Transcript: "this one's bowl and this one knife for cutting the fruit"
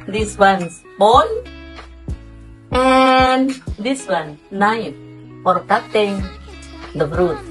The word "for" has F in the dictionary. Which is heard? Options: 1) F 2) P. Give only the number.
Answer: 2